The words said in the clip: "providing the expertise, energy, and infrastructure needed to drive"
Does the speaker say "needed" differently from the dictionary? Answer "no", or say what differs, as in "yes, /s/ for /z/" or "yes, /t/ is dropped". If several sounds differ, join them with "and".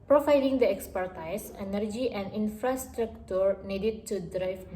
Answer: no